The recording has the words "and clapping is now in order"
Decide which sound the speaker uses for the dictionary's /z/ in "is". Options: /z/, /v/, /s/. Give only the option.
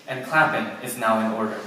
/z/